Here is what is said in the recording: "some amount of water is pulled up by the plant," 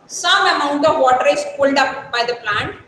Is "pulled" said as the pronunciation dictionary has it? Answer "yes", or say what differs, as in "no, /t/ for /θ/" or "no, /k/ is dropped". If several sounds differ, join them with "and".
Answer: yes